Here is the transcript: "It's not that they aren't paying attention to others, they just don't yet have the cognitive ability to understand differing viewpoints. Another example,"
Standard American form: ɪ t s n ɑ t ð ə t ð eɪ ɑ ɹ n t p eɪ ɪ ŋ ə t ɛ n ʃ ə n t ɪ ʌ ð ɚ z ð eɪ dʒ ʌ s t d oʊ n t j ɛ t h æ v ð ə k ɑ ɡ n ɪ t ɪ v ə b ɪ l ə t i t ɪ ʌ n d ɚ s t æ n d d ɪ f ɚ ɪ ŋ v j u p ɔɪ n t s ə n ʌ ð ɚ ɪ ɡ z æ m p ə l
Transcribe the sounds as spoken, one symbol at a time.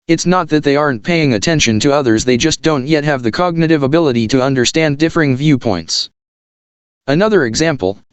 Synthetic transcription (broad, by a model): ɪ t s n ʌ t ð ə t ð eɪ ɑ ɹ n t p eɪ ɪ ŋ ə t ɛ n ʃ ə n t ɪ ʌ ð ɚ z ð eɪ dʒ ʌ s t d oʊ n t j ɛ t h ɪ v ð ə k ɑ ɡ n ɪ t ɪ v ə b ɪ l ə t i t ɪ ʌ n d ɚ s t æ n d d ɪ f ɚ ɪ ŋ v j u p ɔɪ n t s ə n ʌ ð ɚ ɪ ɡ z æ m p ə l